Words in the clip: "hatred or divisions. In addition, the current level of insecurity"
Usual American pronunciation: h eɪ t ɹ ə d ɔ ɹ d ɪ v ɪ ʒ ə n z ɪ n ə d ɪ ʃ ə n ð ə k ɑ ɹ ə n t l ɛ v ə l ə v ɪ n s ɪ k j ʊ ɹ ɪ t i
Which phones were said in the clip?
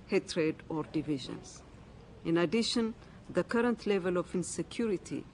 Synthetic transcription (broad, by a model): h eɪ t ɹ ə d ɔ ɹ d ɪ v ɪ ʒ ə n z ɪ n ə d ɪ ʃ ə n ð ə k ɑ ɹ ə n t l ɛ v ə l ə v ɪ n s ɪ k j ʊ ɹ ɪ t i